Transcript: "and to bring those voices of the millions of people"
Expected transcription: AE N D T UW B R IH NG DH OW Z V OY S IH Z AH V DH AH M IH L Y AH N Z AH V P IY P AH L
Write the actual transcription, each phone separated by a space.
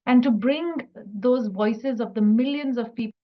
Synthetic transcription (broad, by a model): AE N D T UW B R IH NG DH OW Z V OY S IH Z AH V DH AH M IH L Y AH N Z AH V P IY P